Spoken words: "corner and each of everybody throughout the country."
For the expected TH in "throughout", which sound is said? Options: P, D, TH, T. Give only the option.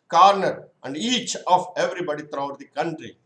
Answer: T